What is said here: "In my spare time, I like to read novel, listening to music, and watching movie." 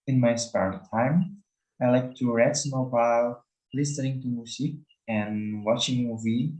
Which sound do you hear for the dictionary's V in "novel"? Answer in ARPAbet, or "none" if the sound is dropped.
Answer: B